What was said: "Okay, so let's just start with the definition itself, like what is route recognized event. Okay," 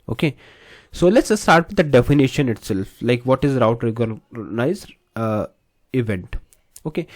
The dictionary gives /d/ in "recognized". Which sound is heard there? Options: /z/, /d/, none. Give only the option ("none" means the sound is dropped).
none